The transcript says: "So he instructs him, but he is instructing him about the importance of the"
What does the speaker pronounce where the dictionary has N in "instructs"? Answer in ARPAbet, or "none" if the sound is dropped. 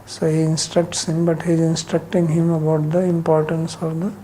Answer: N